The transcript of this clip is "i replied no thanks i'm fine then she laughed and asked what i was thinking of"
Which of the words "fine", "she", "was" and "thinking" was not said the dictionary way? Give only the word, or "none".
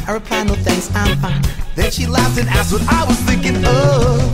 none